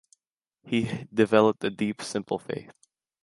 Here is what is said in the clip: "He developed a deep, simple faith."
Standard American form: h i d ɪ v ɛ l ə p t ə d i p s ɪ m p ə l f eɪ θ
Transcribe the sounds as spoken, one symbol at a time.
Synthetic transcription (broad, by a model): h i d ɪ v ɛ l ə p t ə d i p s ɪ m p l f eɪ θ